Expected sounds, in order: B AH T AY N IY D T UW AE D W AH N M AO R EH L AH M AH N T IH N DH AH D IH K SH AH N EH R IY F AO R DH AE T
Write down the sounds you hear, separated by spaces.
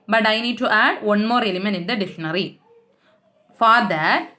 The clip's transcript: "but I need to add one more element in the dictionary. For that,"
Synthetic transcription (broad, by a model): B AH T AY N IY D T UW AE D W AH N M AO R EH L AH M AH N IH N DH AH D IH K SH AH N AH R IY F AO R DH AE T